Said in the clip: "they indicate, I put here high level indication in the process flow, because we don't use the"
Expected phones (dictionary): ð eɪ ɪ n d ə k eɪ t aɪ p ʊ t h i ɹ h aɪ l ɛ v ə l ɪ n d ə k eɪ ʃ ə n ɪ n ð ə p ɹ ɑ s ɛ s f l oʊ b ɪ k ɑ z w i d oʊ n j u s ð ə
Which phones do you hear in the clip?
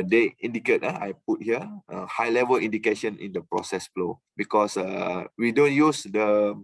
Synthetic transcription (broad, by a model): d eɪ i n d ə k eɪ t aɪ p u t h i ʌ h aɪ l ɛ v ə l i n d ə k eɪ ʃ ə n ɪ n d ə p ɹ ɑ s ɛ s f l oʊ b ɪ k ɑ s w i d oʊ n j u s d ə